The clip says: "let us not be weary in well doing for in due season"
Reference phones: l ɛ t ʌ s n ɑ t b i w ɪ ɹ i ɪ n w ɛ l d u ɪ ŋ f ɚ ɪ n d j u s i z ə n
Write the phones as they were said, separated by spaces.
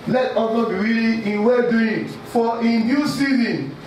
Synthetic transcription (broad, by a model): l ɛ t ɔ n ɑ b i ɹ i l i ɪ n w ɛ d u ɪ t f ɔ ɪ n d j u s i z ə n